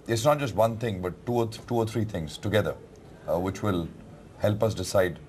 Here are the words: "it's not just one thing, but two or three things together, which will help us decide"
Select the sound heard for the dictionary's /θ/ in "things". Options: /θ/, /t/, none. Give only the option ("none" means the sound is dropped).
/t/